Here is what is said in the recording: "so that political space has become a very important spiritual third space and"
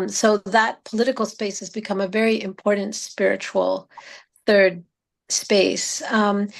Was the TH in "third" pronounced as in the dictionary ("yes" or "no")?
yes